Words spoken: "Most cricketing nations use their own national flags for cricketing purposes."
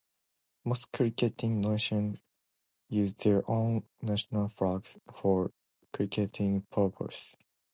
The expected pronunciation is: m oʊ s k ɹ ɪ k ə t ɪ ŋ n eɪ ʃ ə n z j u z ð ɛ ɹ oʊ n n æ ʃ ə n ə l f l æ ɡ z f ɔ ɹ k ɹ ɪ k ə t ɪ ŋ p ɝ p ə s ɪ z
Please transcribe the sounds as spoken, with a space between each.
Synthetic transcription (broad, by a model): m oʊ s k ɹ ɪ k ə t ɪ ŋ n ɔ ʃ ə n j u z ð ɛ ɹ oʊ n n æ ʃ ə n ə l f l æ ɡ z f ɔ ɹ k ɹ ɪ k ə t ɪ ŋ p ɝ p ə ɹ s